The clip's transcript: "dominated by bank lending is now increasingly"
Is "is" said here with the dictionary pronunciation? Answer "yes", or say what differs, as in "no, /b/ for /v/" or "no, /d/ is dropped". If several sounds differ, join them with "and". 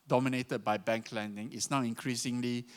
no, /s/ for /z/